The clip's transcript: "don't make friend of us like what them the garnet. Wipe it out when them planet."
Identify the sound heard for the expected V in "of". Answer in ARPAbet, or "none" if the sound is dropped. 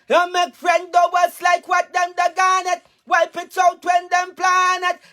W